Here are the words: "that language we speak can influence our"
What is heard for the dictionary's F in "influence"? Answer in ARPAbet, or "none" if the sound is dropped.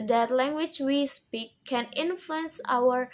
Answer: F